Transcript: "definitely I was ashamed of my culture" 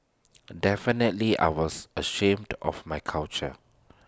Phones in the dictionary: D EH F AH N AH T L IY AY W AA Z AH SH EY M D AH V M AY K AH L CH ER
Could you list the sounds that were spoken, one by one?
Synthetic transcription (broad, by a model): D EH F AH N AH T L IY AY W AA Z AH SH EY M D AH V M AY K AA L CH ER